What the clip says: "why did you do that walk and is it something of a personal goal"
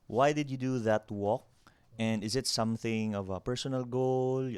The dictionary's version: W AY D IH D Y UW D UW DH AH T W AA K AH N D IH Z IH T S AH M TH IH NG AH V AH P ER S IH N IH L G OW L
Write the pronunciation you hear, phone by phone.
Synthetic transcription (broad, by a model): W AY D IH D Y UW D UW DH AH T W AA K AH N D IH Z IH T S AH M TH IH NG AH V AH P ER S IH N IH L G OW L